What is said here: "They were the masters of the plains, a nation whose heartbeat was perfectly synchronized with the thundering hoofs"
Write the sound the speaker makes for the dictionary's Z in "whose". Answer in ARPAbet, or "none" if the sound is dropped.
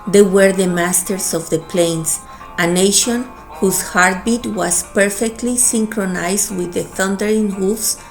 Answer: S